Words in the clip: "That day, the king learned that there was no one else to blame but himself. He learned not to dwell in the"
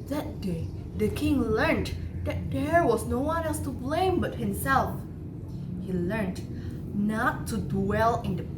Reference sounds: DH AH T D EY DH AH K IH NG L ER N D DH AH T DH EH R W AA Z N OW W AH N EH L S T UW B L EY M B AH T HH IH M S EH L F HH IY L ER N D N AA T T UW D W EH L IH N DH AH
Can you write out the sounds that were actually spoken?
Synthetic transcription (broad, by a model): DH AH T D EY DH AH K IH NG L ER N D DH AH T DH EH R W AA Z N OW W AH N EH S T UW B L EY M B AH T HH IH M S EH L F HH IY L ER N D N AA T T UW D W EH L IH N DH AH